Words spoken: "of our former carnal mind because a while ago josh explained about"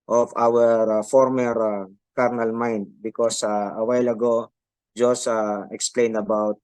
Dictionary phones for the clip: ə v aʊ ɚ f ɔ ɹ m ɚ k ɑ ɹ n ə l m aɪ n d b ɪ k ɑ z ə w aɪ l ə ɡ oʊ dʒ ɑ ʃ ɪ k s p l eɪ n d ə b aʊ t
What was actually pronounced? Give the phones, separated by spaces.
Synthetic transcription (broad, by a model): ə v aʊ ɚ f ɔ ɹ m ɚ k ɑ ɹ n ə l m aɪ n d b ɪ k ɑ s ə w aɪ l ə ɡ oʊ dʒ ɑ s ɪ k s p l eɪ n d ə b aʊ t